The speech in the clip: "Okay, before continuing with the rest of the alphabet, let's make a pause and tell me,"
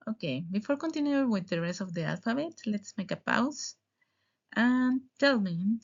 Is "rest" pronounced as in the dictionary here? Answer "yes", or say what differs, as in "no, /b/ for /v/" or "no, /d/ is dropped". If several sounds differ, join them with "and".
no, /t/ is dropped